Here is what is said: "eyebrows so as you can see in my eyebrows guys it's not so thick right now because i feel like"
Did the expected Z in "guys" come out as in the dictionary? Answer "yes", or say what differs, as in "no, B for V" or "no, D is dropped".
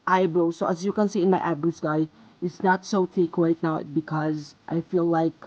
no, Z is dropped